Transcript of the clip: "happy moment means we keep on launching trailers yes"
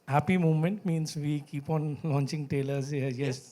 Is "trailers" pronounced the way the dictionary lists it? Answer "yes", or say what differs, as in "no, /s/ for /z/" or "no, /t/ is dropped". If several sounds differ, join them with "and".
no, /ɹ/ is dropped